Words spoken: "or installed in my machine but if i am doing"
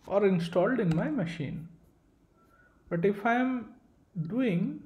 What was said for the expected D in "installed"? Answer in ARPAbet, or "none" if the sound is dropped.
D